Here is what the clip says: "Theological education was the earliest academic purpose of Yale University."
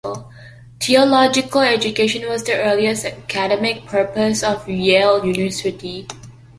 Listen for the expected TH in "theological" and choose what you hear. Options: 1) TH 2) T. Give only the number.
2